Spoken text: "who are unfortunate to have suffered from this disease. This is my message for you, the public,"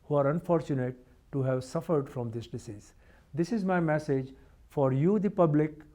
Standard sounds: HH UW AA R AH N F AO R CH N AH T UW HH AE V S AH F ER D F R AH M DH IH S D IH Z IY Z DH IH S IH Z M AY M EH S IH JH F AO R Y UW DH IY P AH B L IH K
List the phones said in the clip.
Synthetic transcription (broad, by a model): HH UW AA R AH N F AO R CH N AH T UW HH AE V S AH F ER D F R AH M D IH S D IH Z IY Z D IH S IH Z M AY M EH S IH JH F AO R Y UW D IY P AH B L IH K